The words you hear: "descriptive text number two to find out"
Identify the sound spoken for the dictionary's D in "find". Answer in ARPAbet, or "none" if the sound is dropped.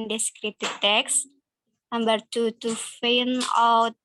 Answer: none